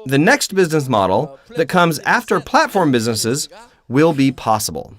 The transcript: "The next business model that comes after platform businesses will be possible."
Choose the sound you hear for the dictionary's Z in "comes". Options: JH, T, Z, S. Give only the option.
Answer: Z